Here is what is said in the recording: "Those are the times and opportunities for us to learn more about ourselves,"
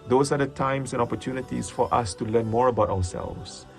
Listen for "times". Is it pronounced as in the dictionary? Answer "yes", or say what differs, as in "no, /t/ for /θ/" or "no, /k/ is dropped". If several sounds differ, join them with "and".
no, /s/ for /z/